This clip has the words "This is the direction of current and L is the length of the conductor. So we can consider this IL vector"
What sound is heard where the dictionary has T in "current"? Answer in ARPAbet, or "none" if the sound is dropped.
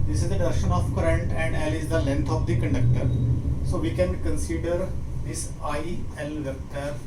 T